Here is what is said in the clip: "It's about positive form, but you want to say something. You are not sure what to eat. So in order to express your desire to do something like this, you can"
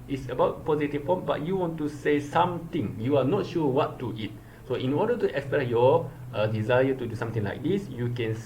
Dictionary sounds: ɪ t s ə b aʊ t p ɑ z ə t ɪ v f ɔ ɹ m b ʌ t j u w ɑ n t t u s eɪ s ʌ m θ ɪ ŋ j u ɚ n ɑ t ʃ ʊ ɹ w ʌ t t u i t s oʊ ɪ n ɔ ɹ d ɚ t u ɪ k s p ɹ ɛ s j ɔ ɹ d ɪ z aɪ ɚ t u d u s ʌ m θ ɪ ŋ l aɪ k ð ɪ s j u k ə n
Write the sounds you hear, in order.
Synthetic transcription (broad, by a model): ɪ t s ə b aʊ t p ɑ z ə t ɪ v p ɔ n b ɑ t j u w ɑ n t t u s eɪ s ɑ m t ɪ ŋ j u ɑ n ɑ t ʃ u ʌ w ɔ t t u i t s oʊ ɪ n ɔ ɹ d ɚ t u ɪ k s p ɹ ɛ s j ɔ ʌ d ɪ z aɪ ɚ t u d u s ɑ m t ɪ ŋ l aɪ k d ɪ s j u k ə n